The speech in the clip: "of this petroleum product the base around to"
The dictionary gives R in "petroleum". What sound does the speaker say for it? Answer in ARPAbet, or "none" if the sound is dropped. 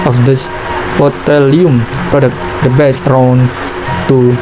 none